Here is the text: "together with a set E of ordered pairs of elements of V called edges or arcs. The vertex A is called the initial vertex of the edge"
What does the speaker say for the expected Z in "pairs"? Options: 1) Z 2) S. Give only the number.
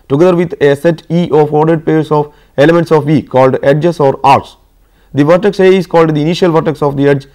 2